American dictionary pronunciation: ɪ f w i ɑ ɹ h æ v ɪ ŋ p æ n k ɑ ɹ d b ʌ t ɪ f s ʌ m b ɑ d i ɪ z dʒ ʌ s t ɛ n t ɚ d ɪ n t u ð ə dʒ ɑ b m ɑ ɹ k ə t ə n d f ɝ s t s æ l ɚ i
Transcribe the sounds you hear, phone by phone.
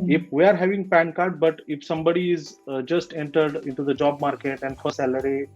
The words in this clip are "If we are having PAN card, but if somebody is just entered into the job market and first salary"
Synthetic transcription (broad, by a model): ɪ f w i ɑ ɹ h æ v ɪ ŋ p æ n k ɑ ɹ d b ʌ t ɪ f s ʌ m b ɑ d i ɪ z dʒ ʌ s t ɛ n t ɚ d ɪ n t u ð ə dʒ ɑ b m ɑ ɹ k ə t ə n d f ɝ t s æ l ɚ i